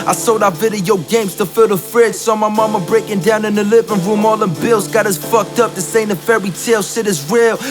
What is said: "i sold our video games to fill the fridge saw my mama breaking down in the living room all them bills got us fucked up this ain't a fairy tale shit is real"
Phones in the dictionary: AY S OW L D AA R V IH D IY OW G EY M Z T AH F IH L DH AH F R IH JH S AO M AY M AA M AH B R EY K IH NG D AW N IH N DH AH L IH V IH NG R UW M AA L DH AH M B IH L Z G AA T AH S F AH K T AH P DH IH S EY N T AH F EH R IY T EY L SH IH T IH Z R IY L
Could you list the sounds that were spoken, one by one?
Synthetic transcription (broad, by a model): AY S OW D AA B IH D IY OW G EY M Z T AH F IH L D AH F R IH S S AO M AY M AA M AH B R EY K IH NG D AW N IH N DH AH L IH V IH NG R UW M AA L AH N B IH L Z G AA T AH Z F AH K T AH P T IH S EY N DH AH F EH R IY T EY L S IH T IH Z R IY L